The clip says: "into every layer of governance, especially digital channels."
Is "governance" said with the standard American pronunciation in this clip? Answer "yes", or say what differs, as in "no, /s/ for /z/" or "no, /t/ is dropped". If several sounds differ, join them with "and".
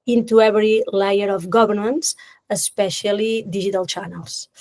no, /b/ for /v/